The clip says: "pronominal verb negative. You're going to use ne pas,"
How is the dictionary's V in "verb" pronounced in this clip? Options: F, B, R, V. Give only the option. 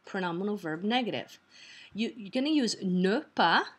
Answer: V